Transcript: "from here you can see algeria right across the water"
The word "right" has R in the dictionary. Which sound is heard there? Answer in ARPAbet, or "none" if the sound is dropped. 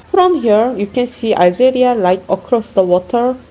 L